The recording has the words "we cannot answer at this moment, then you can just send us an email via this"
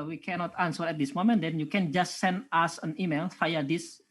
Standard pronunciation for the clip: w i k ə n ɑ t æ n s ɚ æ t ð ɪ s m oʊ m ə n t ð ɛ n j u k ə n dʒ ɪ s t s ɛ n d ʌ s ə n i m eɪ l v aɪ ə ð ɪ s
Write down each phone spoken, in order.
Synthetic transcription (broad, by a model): w i k ə n ɑ t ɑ n s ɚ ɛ t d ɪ s m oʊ m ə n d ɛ n j u k ə n dʒ ɪ s t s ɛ n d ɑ s ə n i m eɪ l f aɪ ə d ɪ s